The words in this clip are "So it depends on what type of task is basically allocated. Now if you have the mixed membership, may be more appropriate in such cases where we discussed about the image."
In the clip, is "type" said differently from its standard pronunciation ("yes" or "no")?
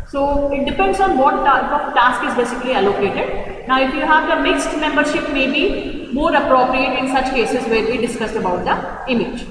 yes